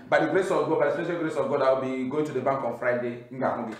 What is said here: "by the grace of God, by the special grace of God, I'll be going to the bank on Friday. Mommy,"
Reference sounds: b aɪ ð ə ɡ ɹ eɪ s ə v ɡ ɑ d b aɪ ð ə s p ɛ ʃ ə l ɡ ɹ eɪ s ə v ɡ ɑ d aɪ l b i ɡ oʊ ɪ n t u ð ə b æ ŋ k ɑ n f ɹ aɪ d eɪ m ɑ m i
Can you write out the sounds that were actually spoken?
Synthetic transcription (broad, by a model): b aɪ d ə ɡ ɹ eɪ s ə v ɡ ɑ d b aɪ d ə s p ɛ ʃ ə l ɡ ɹ eɪ s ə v ɡ ɑ d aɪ w b i ɡ oʊ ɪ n t u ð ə b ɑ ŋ k ɑ n f ɹ aɪ d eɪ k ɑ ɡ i